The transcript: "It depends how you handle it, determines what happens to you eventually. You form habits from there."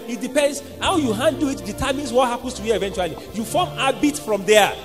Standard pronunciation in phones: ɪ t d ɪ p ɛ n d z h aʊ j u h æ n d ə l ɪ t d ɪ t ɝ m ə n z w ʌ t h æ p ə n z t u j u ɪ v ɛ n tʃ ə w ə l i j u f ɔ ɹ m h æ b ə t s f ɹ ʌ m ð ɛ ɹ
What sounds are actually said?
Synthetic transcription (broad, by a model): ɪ t d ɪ p ɛ n d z h aʊ j u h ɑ n d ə ɪ t d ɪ t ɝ m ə n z w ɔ t h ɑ p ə n s t u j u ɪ v ɛ n tʃ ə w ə l i j u f ɔ m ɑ b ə t f ɹ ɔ m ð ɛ